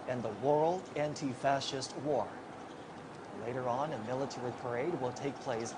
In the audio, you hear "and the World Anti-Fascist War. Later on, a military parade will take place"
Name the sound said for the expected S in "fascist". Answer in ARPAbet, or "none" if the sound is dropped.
S